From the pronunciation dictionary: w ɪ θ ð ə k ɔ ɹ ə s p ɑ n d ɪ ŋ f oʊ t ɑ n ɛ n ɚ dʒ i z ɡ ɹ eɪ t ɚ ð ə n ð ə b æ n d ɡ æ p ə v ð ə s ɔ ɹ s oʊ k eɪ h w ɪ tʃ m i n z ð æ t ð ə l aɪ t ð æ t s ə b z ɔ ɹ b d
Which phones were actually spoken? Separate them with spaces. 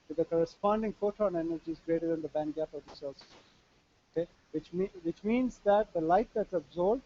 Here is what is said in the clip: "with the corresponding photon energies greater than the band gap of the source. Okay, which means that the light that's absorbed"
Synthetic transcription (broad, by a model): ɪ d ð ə k ɔ ɹ ə s p ɑ n d ɪ ŋ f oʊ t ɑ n ɛ n ɚ dʒ i z ɡ ɹ eɪ t ɚ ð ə n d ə b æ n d ɡ æ p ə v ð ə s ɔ l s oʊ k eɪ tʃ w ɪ tʃ m i n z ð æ t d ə l aɪ t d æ t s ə b z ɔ ɹ b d